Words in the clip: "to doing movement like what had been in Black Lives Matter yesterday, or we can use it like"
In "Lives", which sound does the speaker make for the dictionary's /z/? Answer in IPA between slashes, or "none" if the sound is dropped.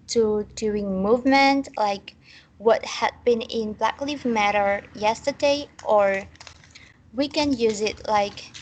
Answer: none